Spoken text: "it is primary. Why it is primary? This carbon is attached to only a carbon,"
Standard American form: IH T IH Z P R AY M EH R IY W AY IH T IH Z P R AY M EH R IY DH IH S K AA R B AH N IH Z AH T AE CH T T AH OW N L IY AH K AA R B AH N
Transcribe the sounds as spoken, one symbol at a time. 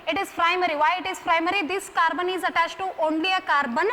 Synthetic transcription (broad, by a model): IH T IH Z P R AY M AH R IY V AY IH T IH Z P R AY M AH R IY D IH S K AA R B AH N IH Z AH T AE S T T OW N L IY AH K AA R B AH N